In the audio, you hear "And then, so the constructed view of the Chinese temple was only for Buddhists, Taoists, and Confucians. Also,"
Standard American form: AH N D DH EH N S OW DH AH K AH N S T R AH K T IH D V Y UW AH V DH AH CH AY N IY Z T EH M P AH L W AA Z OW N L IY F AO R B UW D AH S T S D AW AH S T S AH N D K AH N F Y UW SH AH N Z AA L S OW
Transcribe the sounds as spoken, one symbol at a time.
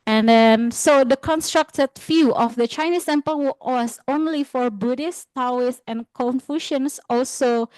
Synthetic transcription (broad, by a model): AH N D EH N S OW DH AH K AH N S T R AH K T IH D F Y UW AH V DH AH CH AY N IY S T EH M P AH L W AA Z OW N L IY F AO R B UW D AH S T AW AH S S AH N K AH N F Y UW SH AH N S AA L S OW